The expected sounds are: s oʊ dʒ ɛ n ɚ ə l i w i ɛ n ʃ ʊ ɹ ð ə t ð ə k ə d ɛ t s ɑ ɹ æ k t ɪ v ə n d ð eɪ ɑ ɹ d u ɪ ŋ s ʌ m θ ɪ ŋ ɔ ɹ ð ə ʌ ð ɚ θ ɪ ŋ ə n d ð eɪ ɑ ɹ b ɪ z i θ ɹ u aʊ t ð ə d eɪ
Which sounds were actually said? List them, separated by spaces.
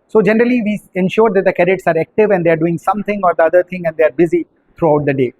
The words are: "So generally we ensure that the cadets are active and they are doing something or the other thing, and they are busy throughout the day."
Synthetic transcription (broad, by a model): s oʊ dʒ ɛ n ɚ ə l i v i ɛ n ʃ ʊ ɹ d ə t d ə k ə d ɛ t s ɑ ɹ æ k t ɪ v ə n d eɪ ɑ ɹ d u ɪ ŋ s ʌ m t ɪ ŋ ɔ ɹ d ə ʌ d ɚ t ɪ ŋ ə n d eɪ ɑ ɹ b ɪ z i t ɹ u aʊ t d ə d eɪ